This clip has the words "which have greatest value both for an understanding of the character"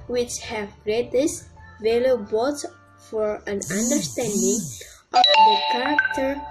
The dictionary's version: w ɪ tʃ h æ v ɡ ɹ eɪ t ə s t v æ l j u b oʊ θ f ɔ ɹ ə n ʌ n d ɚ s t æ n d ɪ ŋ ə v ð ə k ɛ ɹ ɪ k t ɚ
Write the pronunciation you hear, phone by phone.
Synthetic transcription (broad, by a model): w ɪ tʃ h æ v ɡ ɹ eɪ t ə s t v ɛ l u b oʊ s f ɔ ɹ ə n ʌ n d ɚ s t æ n d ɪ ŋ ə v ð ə k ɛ ɹ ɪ k t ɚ